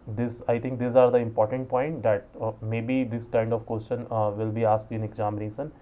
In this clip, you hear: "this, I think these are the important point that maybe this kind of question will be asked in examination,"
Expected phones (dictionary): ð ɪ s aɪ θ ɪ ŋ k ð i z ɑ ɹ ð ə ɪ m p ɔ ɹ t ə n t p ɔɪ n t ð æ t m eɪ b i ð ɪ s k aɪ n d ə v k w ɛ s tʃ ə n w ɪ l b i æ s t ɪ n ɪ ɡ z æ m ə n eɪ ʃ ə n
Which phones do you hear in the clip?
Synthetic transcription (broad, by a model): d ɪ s aɪ t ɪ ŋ k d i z ɑ ɹ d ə ɪ m p ɔ ɹ t ə n t p ɔɪ n t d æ t m eɪ b i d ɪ s k aɪ n d ə v k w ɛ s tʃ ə n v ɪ l b i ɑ s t ɪ n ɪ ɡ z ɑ m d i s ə n